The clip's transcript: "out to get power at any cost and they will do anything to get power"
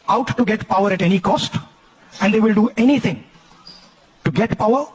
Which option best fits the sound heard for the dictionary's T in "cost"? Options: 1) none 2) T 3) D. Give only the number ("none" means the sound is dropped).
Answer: 2